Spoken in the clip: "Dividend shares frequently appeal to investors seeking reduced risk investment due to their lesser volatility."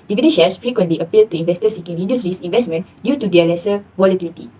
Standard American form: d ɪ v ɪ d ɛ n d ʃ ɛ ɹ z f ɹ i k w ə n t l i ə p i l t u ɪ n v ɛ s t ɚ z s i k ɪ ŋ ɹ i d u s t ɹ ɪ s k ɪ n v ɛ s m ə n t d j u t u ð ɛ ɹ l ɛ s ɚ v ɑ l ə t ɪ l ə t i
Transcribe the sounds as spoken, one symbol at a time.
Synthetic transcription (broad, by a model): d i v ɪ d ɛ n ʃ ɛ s f ɹ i k w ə n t l i ə p i l t u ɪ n v ɛ s t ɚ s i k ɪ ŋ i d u s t ɹ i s ɪ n v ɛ s m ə n d j u t u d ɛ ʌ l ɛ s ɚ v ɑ l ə t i l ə t i